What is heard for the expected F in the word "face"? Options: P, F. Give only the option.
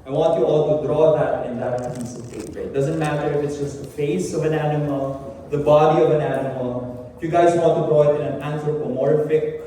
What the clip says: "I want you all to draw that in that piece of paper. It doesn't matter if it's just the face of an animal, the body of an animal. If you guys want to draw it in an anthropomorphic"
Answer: F